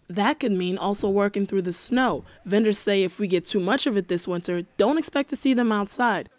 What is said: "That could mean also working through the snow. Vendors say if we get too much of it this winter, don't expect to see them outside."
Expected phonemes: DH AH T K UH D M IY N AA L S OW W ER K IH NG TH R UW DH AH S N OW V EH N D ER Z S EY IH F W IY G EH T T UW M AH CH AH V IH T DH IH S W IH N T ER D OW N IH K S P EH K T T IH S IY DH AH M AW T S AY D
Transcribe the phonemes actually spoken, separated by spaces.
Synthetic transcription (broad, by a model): DH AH T K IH D M IY N AA L S OW W ER K IH NG TH R UW DH AH S N OW V EH N D ER Z S EY IH F W IY G EH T T UW M AH CH AH V IH T DH IH S W IH N T ER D OW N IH K S P EH K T T IH S IY DH AH M AW T S AY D